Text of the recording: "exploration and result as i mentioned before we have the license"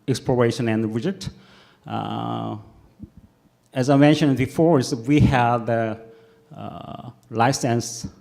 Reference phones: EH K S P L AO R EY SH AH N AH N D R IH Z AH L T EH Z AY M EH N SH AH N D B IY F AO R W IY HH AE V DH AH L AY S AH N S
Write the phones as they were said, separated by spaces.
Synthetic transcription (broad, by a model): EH K S P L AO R EY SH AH N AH N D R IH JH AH T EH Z AY M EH N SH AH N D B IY F AO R W IY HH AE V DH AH L AY S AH N S